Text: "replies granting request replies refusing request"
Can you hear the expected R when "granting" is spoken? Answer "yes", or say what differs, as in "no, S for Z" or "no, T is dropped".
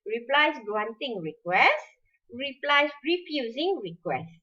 no, W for R